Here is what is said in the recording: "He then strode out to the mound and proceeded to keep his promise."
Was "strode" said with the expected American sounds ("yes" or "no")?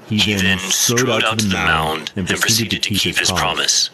no